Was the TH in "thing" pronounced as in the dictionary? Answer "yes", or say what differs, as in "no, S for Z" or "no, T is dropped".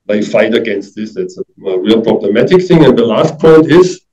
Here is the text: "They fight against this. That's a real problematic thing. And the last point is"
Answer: yes